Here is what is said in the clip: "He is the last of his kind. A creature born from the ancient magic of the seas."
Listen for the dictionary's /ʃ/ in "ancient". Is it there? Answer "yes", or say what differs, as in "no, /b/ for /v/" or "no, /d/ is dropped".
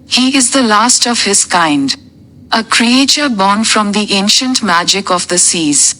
yes